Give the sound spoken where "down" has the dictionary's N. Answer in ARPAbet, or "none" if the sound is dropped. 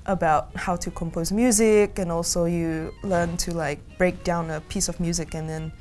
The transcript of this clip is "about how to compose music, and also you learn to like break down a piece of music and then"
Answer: N